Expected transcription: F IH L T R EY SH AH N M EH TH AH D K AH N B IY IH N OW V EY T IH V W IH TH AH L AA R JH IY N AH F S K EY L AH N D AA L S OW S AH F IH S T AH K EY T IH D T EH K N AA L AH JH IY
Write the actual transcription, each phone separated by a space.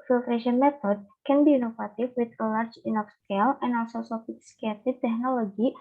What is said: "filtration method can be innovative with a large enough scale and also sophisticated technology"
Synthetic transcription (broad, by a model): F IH L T R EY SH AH N M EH T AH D K AH N B IY N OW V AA T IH F W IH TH AH L AA R JH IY N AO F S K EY L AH N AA L S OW S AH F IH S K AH EY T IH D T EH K N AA L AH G IY